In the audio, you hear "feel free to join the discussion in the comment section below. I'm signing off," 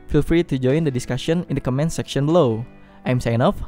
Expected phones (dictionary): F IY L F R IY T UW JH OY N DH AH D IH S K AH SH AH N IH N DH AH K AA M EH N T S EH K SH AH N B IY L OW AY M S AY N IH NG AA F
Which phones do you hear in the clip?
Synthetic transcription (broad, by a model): F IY L F R IY T UW JH OY N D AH D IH S K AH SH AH N IH N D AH K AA M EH N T S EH K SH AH N B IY L OW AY M S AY IH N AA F